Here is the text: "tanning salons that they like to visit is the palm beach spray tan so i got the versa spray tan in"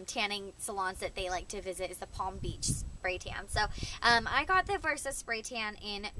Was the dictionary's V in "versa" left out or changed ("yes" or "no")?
no